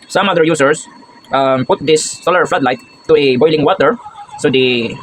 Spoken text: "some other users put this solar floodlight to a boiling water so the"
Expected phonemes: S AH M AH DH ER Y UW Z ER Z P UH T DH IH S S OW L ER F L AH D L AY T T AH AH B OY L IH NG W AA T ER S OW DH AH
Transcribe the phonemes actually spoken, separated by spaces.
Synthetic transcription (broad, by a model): S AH M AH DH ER Y UW S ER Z P UH T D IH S S OW L ER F L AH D L AY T T AH AH B OY L IH NG W AA T ER S OW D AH